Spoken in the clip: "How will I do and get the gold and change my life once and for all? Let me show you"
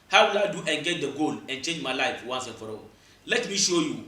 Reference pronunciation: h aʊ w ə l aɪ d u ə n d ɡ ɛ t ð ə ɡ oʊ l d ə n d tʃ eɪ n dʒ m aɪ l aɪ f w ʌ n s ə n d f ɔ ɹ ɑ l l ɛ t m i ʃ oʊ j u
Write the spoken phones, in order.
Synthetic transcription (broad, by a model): h aʊ w ə l aɪ d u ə n ɡ ɛ t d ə ɡ oʊ l ə n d tʃ eɪ n dʒ m aɪ l aɪ f w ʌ n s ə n f ɔ ɹ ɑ w l ɛ t m i ʃ oʊ j u